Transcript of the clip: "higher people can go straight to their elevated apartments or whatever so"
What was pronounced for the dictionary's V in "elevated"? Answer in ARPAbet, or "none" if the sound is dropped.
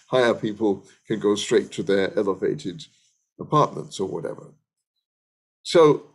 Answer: V